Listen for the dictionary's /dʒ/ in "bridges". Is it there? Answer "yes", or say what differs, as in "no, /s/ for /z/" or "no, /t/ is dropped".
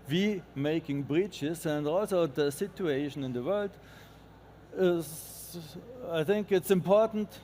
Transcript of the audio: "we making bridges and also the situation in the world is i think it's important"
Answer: no, /tʃ/ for /dʒ/